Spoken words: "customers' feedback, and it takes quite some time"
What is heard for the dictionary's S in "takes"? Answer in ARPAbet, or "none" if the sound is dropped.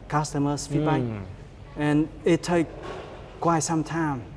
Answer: none